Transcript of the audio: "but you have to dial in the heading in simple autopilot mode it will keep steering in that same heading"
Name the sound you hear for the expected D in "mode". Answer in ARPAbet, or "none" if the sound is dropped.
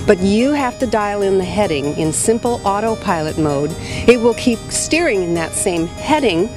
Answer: D